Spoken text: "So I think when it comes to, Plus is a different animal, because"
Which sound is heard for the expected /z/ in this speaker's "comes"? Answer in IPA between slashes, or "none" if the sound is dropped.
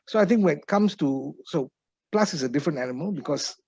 /s/